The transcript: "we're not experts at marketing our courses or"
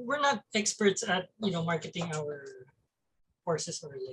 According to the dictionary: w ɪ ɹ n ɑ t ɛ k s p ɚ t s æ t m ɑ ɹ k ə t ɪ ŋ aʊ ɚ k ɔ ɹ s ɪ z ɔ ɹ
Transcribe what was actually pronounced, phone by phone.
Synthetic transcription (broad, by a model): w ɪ ɹ n ɑ t ɛ k s p ɚ t s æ t m ɑ ɹ k ə t ɪ ŋ aʊ ɚ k ɔ ɹ s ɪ s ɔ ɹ